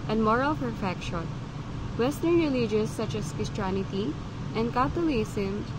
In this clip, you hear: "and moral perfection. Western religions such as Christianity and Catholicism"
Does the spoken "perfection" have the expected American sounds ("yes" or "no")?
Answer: no